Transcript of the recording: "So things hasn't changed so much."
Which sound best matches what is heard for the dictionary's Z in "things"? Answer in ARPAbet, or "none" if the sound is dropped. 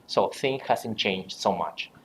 none